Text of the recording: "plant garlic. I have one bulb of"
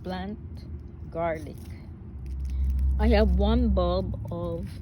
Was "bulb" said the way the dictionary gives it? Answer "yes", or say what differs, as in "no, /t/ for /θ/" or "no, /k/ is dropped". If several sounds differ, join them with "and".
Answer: no, /l/ is dropped